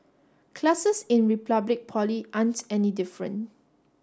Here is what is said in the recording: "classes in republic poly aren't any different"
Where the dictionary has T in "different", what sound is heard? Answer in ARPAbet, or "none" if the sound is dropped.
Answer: none